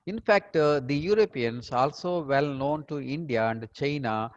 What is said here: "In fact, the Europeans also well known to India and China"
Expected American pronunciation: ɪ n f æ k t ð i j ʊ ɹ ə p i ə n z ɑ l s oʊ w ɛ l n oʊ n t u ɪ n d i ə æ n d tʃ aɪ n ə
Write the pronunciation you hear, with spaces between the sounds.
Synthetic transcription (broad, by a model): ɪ n f æ k t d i j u ɹ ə p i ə n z ɑ l s oʊ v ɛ l n oʊ n t u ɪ n d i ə æ n d tʃ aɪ n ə